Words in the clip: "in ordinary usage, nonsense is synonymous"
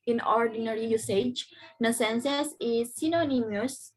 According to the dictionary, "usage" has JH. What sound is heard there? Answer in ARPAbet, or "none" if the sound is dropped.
JH